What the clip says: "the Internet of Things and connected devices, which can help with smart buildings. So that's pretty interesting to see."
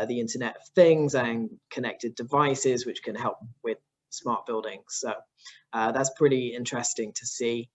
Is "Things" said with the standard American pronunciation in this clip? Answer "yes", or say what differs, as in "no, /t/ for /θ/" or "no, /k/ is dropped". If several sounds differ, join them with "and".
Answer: yes